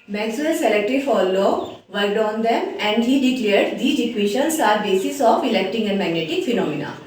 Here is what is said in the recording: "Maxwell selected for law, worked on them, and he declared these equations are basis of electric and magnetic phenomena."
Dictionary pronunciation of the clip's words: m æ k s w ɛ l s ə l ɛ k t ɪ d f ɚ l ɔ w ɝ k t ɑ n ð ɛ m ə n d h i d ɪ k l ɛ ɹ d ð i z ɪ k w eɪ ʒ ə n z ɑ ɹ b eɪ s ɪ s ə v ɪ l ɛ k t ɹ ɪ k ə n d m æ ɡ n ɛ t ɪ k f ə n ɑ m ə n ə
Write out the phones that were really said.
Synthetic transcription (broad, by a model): m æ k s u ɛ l s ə l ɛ k t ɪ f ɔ l ɔ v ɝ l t ɑ n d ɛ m ə n d h i d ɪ k l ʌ ɹ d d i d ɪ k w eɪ ʃ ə n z ɑ ɹ b eɪ s ɪ s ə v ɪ l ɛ k t ɪ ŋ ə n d m æ ɡ n ɛ t ɪ k f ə n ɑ m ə n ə